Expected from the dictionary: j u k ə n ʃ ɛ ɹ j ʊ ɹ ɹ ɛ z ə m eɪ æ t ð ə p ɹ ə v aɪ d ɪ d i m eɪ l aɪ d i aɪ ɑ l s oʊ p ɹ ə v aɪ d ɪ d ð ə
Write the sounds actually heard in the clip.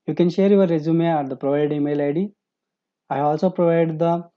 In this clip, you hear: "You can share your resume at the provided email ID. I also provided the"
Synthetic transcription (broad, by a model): j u k ə n ʃ ɛ ɹ j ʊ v ɹ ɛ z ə m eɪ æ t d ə p ɹ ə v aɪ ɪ d i m eɪ l aɪ d i aɪ ɑ l s oʊ p ɹ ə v aɪ d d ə